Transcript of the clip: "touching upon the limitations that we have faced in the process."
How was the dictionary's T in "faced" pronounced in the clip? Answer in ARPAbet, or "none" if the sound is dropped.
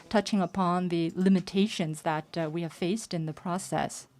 T